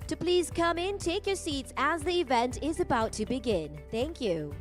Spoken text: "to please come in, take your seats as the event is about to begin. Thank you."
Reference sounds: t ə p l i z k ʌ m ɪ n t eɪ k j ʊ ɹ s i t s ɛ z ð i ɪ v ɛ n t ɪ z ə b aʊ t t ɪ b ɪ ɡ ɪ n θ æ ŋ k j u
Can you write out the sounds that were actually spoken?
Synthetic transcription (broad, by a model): t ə p l i z k ʌ m ɪ n t eɪ k j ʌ ɹ s i t s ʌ z ð i ɪ v ɛ n t ɪ z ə b aʊ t t ɪ b ɪ ɡ ɪ n θ æ ŋ k j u